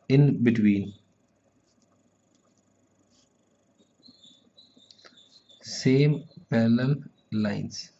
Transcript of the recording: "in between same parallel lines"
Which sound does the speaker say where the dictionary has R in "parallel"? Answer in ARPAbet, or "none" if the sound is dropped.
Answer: L